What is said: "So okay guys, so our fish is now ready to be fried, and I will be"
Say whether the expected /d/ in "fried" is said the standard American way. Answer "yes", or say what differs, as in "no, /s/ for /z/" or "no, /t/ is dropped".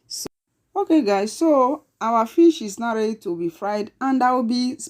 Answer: yes